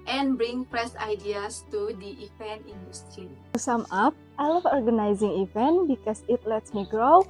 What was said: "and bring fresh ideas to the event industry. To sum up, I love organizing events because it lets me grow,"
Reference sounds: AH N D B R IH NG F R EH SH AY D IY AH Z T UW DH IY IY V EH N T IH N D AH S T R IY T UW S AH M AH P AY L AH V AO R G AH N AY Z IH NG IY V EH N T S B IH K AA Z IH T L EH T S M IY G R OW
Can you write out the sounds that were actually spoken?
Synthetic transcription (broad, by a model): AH N B R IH NG P R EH S AY D IY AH S T UW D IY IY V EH N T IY N D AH S T R IY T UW S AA M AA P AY L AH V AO R G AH N AY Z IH NG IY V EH N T B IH K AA S IH T L EH T S M IY G R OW